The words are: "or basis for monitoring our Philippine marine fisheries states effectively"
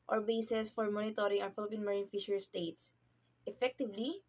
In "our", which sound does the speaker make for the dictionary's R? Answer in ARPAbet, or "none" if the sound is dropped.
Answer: W